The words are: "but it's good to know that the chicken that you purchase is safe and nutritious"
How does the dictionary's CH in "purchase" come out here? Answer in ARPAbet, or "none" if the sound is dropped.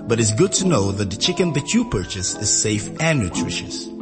CH